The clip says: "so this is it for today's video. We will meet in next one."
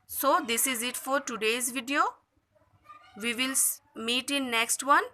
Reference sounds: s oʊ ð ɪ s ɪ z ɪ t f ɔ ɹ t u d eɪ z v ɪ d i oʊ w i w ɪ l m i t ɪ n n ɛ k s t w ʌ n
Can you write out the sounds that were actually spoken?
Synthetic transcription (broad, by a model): s oʊ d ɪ s ɪ z ɪ t f ɔ ɹ t u d eɪ z v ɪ d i oʊ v i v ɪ l m i t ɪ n n ɛ k s t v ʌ n